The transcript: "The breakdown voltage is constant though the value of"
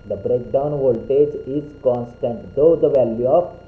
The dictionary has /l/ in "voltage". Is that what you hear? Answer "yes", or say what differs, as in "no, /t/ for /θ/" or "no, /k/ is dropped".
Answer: yes